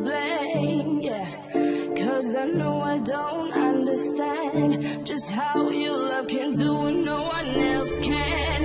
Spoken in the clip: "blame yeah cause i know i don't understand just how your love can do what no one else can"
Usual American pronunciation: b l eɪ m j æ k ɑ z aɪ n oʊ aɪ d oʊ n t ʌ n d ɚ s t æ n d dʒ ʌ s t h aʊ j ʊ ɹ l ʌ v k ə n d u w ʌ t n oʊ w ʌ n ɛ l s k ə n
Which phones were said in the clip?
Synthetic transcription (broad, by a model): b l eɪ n j æ k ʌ z aɪ n oʊ aɪ d oʊ n t ʌ n d ɚ s t æ n d dʒ ʌ s t h aʊ j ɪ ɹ l ʌ v k ə n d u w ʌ n oʊ w ʌ n ɛ l s k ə n